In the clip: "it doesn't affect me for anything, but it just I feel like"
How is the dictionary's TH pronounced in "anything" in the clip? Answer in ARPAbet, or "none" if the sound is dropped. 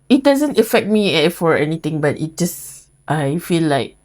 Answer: T